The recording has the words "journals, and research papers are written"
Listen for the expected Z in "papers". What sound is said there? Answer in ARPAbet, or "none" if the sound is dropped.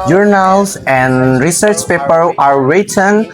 none